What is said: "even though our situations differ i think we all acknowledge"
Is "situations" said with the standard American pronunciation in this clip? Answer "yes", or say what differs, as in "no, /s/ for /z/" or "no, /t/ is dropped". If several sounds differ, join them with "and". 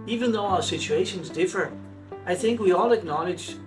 yes